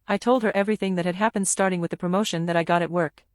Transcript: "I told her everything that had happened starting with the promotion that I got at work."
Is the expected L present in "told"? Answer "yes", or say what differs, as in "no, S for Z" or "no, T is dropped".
yes